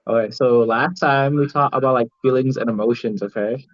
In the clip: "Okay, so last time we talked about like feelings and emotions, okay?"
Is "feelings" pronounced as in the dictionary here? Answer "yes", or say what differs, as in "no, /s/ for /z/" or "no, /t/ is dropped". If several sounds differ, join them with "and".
yes